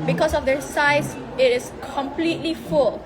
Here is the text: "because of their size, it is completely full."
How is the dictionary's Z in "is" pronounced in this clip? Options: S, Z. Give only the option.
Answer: S